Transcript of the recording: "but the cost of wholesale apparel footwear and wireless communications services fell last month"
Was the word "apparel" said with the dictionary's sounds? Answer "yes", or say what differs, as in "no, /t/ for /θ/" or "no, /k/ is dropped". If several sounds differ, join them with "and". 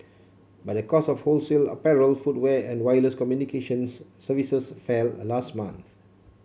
yes